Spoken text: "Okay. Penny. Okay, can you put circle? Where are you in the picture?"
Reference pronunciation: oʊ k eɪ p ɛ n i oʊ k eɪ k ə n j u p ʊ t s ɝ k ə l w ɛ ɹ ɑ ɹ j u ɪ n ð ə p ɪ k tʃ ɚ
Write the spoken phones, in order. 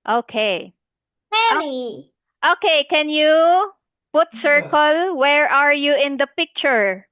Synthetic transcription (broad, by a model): oʊ k eɪ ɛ i oʊ k eɪ k ə n j u p ʊ t s ɝ k ə l w ɛ ɹ ɑ ɹ j u ɪ n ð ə p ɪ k tʃ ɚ